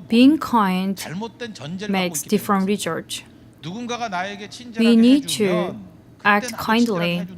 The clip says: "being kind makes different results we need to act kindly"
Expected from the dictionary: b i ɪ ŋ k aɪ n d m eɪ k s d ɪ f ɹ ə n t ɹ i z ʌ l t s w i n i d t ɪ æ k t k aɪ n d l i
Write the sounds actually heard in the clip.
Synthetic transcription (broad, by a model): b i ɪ ŋ k aɪ n d m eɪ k s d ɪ f ɹ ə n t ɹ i s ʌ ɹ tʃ w i n i d t ɪ æ k t k aɪ n d l i